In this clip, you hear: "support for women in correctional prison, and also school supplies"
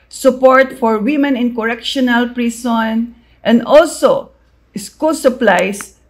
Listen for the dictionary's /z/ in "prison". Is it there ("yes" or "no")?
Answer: no